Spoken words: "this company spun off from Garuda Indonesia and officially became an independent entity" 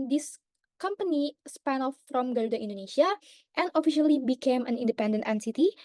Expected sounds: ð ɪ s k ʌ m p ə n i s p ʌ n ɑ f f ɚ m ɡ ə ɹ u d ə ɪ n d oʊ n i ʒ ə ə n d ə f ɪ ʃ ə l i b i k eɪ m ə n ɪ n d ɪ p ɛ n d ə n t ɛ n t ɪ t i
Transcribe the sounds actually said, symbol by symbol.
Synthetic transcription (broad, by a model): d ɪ s k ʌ m p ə n i s p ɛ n ɑ f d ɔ m ɡ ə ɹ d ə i n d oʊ n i ʃ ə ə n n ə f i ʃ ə l i b i k eɪ m ə n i n d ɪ p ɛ n d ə n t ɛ n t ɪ t i